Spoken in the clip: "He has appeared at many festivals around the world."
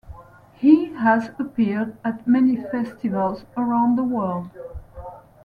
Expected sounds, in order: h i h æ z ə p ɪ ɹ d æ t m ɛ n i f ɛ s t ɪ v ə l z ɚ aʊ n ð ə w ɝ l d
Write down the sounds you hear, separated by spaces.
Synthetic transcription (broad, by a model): h i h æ z ə p ɪ ɹ d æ t m ɛ n i f ɛ s t ɪ v ə l z ɚ aʊ n ð ə w ɝ l d